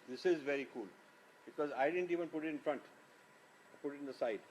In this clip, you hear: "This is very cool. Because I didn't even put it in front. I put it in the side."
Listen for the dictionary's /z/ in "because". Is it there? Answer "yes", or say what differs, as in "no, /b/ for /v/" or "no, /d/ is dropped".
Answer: yes